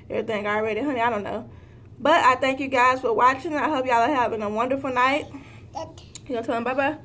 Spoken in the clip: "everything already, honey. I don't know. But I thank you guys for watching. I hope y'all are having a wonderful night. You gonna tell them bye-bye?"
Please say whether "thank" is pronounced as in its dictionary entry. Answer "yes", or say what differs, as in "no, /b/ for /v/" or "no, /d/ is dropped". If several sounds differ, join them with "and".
yes